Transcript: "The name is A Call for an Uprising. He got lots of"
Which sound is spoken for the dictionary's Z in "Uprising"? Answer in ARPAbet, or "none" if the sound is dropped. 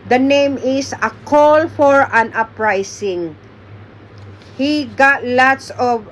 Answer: S